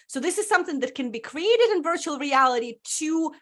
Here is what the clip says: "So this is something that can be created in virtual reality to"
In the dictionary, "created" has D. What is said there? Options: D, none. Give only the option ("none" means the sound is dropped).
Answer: D